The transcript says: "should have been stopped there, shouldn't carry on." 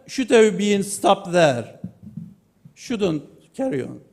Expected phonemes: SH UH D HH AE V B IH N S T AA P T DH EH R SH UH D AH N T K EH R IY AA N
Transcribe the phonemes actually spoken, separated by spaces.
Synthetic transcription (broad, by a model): SH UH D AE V B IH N S T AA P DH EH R SH UH D AH N T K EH R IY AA N